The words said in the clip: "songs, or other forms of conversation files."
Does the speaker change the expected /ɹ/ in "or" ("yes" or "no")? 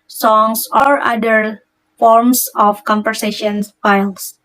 no